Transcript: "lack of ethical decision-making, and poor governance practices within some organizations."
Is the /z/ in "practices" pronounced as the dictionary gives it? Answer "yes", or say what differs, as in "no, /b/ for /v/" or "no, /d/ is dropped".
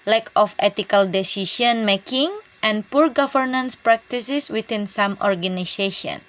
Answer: no, /s/ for /z/